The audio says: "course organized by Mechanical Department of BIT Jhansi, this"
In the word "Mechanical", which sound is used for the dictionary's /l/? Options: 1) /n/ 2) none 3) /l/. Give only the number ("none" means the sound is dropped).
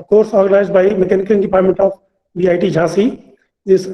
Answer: 1